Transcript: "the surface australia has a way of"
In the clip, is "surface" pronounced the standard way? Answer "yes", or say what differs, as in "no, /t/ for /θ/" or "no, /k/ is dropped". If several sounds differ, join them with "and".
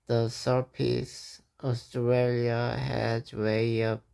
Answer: no, /p/ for /f/